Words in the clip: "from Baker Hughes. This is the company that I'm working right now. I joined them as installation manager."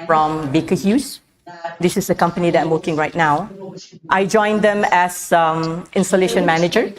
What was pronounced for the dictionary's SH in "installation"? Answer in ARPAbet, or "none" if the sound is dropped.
SH